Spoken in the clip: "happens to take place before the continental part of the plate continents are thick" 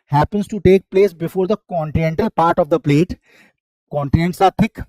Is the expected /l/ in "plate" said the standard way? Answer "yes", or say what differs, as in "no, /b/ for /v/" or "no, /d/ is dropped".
yes